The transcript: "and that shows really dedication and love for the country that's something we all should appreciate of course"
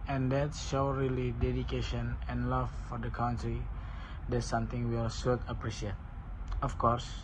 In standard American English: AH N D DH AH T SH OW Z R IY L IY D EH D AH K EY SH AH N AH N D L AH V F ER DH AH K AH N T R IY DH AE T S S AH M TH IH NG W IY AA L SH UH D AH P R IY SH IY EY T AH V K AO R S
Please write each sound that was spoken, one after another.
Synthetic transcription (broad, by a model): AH N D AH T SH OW R IY L IY D EH D AH K EY SH AH N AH N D L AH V F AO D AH K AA N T R IY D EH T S S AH M T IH NG W IY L S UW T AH P R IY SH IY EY T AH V K AO R S